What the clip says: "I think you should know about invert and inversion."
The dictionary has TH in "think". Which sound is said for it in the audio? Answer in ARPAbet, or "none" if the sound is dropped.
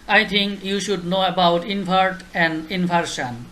T